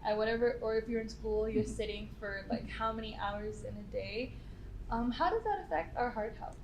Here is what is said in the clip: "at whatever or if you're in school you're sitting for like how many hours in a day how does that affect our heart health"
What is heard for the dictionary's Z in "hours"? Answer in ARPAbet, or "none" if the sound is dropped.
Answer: Z